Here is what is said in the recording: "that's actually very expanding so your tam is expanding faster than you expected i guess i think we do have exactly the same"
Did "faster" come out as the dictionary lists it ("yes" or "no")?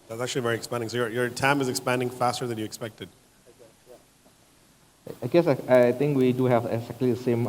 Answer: yes